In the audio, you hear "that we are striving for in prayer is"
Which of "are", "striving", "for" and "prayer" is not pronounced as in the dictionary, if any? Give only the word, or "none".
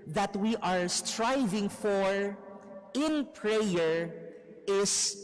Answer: none